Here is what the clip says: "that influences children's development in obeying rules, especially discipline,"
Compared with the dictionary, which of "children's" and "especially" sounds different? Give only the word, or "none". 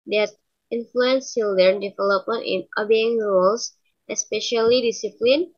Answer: children's